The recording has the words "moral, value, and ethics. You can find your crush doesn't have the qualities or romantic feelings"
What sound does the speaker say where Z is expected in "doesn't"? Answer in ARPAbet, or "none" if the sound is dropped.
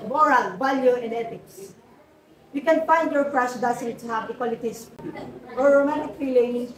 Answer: S